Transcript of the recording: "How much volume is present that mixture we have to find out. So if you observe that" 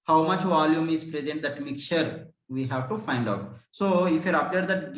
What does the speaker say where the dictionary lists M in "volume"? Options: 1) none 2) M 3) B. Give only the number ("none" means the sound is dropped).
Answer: 2